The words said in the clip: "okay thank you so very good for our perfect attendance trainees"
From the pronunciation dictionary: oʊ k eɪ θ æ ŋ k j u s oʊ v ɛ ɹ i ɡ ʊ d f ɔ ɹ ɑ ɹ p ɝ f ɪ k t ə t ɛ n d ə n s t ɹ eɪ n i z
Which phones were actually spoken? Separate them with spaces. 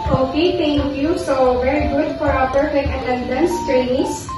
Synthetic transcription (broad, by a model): oʊ k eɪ t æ ŋ k j u s oʊ v ɛ ɹ i ɡ ʊ d f ɔ ɹ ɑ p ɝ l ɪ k ə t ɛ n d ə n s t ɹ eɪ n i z